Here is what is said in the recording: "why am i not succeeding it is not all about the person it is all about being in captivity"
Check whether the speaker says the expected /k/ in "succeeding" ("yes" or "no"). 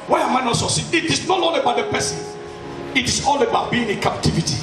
no